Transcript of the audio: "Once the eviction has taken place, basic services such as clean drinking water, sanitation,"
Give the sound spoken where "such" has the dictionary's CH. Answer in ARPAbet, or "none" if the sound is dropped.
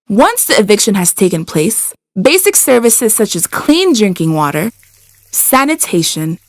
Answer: CH